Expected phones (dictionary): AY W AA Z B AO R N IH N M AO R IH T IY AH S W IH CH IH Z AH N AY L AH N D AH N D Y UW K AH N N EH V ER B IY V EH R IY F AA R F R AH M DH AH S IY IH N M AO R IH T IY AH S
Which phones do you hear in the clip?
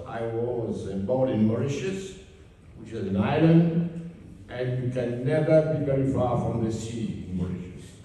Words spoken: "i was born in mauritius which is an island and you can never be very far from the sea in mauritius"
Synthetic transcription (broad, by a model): AY W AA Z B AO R IH N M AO R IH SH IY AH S W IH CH IH Z AH N AY L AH N D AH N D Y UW K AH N N EH V ER B IY V EH R IY F AA R F R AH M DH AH S IY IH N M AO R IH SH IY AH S